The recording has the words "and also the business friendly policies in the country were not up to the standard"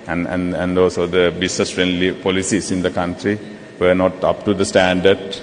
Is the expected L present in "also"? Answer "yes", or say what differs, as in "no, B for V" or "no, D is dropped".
no, L is dropped